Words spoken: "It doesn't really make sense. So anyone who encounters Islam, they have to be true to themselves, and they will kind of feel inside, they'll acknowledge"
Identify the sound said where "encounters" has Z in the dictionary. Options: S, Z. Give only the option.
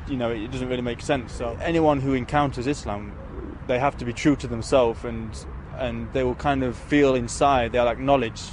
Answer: Z